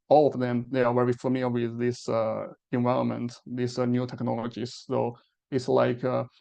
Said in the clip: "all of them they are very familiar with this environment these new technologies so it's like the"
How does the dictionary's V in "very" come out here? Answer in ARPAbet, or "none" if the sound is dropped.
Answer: W